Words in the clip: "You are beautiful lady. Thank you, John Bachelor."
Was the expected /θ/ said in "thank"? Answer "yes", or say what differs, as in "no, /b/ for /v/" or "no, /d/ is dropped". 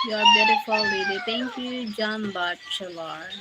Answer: no, /t/ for /θ/